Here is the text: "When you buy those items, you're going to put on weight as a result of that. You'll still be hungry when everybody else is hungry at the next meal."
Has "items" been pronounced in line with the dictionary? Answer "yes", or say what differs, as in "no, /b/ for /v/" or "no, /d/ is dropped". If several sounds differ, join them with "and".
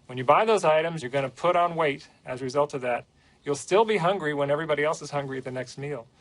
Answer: yes